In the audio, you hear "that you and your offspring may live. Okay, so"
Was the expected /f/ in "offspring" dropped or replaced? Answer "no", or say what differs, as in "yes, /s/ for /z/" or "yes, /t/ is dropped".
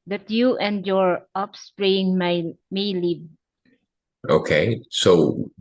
yes, /p/ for /f/